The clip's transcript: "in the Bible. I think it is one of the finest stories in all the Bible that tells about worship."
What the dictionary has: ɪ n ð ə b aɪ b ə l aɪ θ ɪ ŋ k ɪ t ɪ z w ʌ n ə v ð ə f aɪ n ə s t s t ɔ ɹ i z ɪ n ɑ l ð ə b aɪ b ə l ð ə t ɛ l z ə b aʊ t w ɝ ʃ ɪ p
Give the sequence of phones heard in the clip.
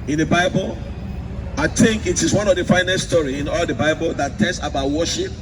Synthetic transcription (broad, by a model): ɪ n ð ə b aɪ b ə l aɪ θ ɪ ŋ k ɪ t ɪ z w ʌ n ə v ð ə f aɪ n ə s s t ɔ ɹ i ɪ n ɑ l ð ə b aɪ b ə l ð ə t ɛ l s ə b aʊ t w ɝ ʃ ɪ p